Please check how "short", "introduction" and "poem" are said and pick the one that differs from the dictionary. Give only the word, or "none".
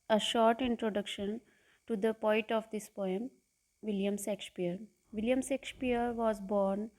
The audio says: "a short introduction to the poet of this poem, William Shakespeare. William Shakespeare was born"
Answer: none